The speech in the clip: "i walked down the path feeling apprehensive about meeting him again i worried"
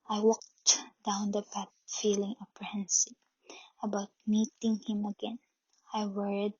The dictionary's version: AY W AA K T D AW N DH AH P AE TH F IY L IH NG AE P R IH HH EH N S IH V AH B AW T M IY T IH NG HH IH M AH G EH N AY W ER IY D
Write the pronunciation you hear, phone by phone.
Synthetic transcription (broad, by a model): AY W AA K T D AW N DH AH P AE T F IY L IH NG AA P R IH HH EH N S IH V AH B AW T M IY T IH NG HH IH M AH G EH N AY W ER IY D